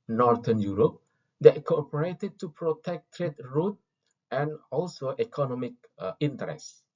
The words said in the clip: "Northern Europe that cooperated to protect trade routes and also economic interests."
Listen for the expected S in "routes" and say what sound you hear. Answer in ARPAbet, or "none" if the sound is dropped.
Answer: none